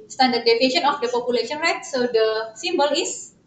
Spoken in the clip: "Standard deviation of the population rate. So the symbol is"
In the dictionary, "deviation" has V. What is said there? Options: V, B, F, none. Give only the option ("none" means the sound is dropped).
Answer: F